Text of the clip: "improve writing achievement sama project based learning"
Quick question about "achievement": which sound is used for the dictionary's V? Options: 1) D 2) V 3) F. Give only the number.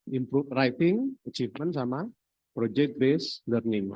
3